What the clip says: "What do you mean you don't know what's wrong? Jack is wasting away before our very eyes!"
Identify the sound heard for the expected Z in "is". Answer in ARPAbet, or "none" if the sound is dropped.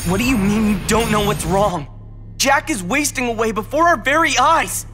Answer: Z